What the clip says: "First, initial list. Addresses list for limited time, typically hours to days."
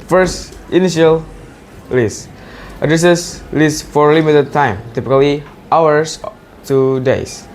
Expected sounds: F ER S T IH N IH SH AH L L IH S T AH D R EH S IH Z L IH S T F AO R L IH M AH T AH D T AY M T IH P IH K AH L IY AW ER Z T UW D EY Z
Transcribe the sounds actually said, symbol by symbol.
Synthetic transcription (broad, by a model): F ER S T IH N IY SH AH L L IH S T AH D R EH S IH S L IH S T F AO R L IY M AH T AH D T AY M T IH P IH K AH L IY AW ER S T UW D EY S